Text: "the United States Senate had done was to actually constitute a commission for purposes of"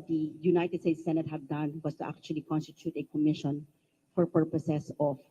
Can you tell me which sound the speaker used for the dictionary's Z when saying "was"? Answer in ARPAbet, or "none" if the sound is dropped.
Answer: S